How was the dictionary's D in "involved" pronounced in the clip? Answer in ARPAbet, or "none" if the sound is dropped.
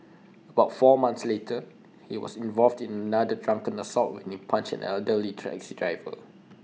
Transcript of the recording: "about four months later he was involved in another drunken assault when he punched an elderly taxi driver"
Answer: D